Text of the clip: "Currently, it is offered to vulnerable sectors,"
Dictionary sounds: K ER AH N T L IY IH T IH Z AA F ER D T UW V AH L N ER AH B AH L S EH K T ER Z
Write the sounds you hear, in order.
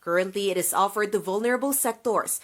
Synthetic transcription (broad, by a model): K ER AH N T L IY IH T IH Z AA F ER D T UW V AH L N ER AH B AH L S EH K T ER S